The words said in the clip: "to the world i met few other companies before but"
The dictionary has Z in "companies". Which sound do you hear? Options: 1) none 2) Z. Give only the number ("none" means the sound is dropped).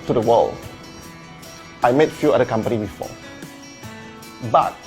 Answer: 1